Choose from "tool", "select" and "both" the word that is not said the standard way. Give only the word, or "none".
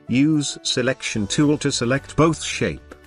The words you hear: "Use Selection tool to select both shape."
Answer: none